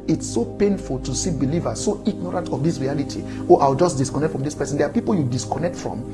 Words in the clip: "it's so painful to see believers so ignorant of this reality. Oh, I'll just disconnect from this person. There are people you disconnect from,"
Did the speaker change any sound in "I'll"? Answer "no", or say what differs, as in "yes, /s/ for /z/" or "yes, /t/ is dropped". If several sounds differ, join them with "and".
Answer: yes, /w/ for /l/